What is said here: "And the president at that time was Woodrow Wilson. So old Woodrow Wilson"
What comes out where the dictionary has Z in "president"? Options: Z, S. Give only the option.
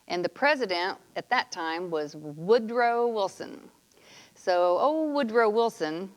Z